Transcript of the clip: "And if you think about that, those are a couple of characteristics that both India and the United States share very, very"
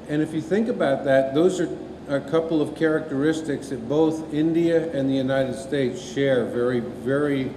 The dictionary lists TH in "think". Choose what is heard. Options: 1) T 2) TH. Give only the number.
2